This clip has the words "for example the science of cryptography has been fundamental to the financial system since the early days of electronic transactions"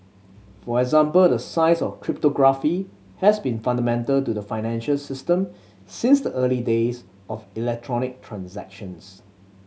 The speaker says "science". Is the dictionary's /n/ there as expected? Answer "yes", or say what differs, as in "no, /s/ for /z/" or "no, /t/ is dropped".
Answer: no, /n/ is dropped